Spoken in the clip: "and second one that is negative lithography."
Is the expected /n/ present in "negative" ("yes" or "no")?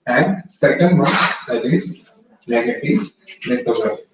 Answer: no